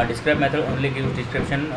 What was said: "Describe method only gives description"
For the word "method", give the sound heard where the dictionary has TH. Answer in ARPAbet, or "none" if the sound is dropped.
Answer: T